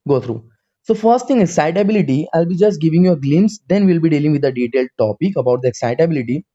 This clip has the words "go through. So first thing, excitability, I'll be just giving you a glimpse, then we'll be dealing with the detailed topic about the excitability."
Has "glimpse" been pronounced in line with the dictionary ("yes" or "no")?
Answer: no